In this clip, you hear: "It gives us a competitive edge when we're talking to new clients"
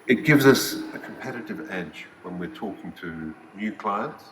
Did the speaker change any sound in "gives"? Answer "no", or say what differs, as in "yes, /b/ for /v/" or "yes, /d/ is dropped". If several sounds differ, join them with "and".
no